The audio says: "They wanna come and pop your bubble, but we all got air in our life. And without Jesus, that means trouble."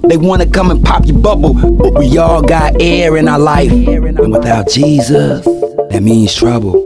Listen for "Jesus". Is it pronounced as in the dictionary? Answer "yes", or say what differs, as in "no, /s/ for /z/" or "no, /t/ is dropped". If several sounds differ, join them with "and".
yes